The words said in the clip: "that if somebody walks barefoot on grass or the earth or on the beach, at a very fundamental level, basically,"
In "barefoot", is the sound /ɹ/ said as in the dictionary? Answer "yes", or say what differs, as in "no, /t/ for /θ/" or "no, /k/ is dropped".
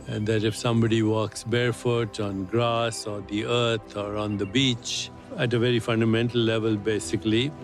yes